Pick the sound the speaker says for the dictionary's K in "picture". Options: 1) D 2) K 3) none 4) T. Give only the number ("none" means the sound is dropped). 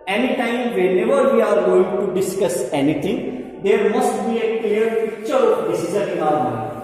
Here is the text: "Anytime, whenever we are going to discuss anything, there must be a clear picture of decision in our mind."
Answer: 3